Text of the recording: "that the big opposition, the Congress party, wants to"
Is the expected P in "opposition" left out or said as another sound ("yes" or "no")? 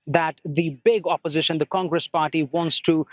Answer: no